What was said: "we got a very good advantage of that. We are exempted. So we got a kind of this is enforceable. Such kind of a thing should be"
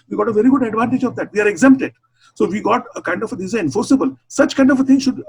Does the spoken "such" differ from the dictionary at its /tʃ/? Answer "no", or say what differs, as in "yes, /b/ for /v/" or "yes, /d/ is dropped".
no